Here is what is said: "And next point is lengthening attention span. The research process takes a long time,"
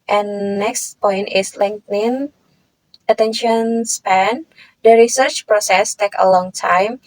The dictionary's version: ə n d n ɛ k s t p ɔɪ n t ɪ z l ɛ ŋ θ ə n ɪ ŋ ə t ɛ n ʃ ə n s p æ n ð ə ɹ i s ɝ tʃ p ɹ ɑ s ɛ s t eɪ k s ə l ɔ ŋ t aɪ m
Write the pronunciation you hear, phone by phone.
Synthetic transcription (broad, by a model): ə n n ɛ k s t p ɔɪ n t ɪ s l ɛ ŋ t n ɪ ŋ ə t ɛ n ʃ ə n s p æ n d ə ɹ i s ɝ tʃ p ɹ ɑ s ɛ s t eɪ k ə l ɔ ŋ t aɪ m